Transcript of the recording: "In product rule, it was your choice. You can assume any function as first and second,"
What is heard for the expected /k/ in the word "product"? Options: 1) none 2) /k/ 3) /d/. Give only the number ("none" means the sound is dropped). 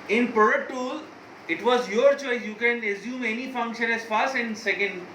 1